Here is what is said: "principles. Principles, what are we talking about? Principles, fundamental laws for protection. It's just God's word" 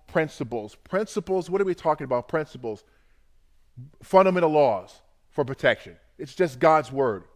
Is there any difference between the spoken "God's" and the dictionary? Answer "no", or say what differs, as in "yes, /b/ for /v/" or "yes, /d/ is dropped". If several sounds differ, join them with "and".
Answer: no